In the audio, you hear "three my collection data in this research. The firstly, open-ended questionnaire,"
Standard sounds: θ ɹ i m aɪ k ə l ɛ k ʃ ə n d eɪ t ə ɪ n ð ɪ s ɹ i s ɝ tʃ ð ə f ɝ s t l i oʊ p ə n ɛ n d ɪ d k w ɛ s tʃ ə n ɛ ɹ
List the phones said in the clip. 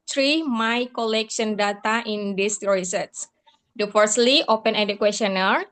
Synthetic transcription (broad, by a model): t ɹ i m aɪ k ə l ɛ k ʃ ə n d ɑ t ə ɪ n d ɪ s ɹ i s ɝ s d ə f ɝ s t l i oʊ p ə n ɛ d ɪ k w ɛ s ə n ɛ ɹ